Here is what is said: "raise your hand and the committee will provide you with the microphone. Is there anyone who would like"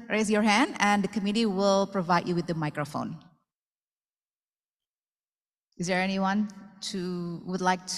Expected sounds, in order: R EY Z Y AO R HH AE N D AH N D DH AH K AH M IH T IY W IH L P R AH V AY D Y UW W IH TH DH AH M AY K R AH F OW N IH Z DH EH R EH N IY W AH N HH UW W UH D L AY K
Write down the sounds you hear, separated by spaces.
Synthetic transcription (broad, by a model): R EY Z Y AO R HH AE N D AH N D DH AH K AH M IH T IY W IH L P R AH V AY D Y UW W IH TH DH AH M AY K R AH F OW N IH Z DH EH R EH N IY W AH N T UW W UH D L AY K